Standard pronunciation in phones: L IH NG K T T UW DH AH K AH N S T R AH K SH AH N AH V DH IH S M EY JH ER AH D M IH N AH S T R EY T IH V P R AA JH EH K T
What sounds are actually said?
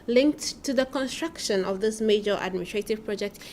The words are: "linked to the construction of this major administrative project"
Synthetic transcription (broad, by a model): L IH NG K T T UW DH AH K AH N S T R AH K SH AH N AH V DH IH S M EY JH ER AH D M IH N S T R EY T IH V P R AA JH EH K T